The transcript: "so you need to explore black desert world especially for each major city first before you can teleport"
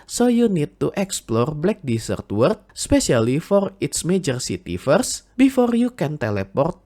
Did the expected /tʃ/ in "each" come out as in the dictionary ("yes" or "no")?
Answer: no